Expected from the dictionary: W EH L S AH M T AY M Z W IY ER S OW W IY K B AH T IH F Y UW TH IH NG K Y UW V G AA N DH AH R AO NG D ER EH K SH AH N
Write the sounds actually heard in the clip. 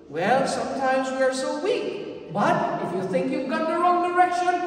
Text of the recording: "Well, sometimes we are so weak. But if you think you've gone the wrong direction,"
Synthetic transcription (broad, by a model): W EH L S AH M T AY M Z W IY ER S OW W IY K B AH T IH F Y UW TH IH NG K Y UW V G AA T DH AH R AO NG D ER EH K SH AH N